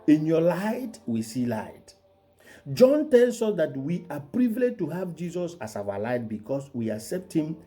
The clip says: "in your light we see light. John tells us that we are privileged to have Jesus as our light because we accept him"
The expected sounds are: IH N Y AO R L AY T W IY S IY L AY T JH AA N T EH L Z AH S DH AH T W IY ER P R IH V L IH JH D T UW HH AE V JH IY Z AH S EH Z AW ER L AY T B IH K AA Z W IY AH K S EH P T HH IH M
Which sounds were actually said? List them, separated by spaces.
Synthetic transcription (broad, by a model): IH N Y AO L AY T W IY S IY L AY T JH AA N T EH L S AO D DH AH T W IY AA P R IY V L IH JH T UW HH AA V JH IY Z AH S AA S AW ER L AY T B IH K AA S W IY AH K S EH P T HH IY M